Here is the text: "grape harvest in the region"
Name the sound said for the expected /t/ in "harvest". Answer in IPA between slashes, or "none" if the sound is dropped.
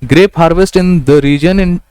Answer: /t/